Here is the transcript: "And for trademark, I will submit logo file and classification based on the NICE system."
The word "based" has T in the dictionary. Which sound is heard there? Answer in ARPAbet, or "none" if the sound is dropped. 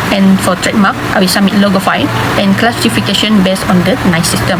none